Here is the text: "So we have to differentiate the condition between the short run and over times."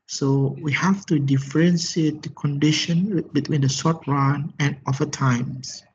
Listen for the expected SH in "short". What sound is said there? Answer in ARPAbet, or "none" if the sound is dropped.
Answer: S